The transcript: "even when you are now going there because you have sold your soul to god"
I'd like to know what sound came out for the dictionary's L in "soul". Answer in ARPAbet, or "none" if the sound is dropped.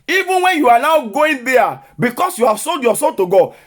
N